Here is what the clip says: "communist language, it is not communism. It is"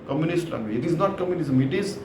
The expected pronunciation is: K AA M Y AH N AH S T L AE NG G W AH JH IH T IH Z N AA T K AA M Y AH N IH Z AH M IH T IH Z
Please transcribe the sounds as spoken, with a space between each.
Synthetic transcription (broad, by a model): K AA M Y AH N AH S T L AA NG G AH IH T IH Z N AA T K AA M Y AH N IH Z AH M IH T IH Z